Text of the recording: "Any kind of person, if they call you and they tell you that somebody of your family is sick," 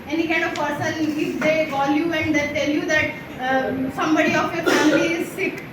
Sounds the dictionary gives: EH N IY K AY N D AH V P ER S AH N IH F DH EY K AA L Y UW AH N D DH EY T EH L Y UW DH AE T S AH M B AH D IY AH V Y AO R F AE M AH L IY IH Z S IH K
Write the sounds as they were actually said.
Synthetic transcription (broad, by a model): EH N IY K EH D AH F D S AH L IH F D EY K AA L Y UW AH N D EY T EH L Y UW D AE T S AH M B AH D IY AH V Y AO R F AE M AH L IY IH Z S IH K